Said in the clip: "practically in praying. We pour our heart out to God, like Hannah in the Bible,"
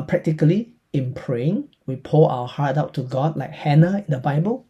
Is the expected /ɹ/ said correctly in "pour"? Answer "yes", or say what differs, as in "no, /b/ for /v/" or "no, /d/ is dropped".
no, /l/ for /ɹ/